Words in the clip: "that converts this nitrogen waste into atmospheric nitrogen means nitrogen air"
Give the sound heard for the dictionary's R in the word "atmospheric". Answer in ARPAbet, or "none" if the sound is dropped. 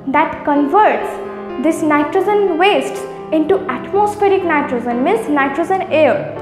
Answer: R